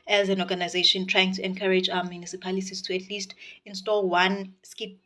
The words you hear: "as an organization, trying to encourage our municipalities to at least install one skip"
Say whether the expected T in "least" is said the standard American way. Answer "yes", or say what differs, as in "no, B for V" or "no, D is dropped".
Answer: yes